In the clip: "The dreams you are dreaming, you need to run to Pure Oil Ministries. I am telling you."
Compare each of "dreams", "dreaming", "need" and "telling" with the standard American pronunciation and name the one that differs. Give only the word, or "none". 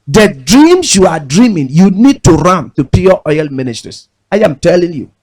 dreams